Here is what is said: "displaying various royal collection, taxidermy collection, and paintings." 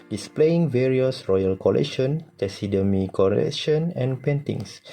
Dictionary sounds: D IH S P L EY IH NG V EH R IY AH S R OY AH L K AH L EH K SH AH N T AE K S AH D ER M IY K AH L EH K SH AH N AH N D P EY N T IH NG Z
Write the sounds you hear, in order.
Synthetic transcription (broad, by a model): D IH S P L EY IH NG V EH R IY AH S R OY AH L K AH L EH K SH AH N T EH S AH D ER M IY K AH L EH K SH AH N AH N P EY N T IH NG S